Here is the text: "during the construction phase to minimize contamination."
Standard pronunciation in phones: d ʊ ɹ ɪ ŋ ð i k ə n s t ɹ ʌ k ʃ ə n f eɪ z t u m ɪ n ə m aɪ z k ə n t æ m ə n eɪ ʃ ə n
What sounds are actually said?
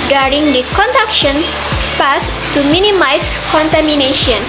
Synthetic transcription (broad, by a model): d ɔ ɹ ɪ ŋ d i k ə n t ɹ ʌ k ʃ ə n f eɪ s t u m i n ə m aɪ s k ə n t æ m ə n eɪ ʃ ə n